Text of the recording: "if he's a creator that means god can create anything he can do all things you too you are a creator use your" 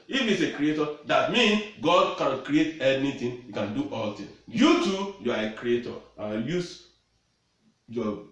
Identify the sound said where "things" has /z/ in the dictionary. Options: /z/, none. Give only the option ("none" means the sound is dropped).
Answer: none